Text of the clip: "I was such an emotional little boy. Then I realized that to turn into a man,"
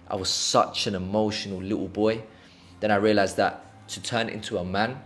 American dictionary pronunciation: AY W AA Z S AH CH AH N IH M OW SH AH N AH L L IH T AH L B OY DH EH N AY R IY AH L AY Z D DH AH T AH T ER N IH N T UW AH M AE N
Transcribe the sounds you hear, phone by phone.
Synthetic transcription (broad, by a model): AY W AA Z S AH CH AH N IH M OW SH AH N AH L L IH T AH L B OY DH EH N AY R IY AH L AY Z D DH AH T AH T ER N IH N T UW AH M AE N